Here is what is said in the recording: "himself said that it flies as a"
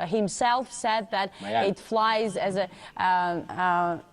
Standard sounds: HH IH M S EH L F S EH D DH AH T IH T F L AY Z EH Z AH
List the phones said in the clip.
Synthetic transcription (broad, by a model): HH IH M S EH L F S EH D DH AH T IH T F L AY Z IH Z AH